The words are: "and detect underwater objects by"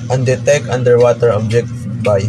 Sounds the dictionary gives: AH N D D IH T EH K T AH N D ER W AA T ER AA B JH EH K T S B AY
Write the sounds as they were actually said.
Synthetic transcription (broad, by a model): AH N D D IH T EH K AH N D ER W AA T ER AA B JH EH K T B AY